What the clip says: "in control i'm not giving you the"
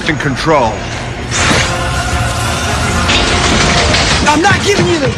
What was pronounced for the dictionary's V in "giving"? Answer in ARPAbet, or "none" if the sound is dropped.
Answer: V